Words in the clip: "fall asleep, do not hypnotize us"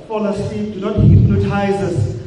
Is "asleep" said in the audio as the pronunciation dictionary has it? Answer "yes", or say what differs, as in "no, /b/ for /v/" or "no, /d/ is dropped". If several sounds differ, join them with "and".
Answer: no, /l/ is dropped